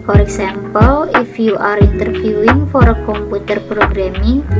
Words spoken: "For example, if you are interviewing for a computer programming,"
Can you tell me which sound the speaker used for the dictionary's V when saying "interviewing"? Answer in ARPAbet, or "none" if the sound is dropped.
F